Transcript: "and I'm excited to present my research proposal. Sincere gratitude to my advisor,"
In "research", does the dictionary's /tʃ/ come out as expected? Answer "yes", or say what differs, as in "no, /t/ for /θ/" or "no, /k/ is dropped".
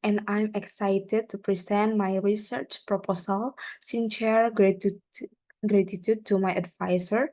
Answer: yes